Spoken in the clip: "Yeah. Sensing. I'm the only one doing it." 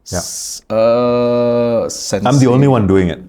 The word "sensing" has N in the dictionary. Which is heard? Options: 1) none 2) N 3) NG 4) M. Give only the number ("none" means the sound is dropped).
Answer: 1